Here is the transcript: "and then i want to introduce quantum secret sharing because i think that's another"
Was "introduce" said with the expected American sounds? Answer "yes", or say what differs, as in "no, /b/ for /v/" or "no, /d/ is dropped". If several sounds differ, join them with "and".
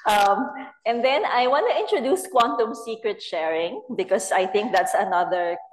yes